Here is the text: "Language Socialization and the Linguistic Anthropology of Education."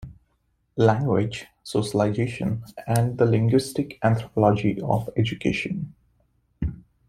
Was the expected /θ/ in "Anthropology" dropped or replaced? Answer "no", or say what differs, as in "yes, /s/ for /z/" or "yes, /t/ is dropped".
yes, /t/ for /θ/